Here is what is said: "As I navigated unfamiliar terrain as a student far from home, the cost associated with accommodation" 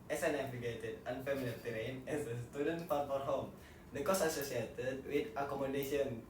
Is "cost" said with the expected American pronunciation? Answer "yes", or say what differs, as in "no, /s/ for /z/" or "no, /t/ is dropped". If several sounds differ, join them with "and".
no, /t/ is dropped